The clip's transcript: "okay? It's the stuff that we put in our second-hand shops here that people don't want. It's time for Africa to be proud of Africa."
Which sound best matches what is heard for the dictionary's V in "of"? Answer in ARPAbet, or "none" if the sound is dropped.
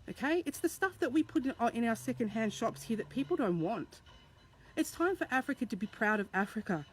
V